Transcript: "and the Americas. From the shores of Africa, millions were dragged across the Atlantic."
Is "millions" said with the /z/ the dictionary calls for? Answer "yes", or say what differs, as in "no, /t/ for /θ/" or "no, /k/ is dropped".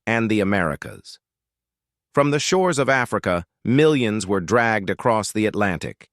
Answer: yes